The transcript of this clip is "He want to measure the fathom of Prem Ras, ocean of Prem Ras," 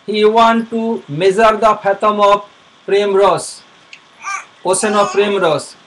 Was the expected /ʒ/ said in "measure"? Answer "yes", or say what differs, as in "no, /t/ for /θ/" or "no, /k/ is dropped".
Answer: no, /z/ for /ʒ/